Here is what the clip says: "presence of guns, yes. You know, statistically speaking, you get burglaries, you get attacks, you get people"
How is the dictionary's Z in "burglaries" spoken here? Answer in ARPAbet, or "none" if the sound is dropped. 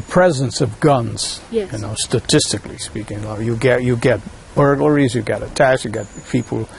Z